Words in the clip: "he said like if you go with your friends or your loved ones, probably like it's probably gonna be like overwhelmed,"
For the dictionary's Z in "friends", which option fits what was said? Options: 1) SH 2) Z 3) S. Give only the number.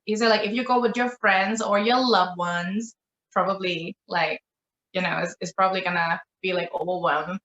2